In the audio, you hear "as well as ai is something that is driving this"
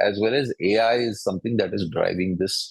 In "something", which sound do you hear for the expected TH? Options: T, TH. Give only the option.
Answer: T